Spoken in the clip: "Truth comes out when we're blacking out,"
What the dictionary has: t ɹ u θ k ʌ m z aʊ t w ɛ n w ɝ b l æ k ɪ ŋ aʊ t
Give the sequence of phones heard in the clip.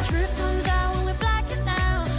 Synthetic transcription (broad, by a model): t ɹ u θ k ʌ m z aʊ t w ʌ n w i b l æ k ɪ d aʊ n